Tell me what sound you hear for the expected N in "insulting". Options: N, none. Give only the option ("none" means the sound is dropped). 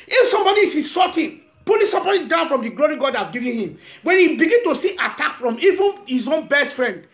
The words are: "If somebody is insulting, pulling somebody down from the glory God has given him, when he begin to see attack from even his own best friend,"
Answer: none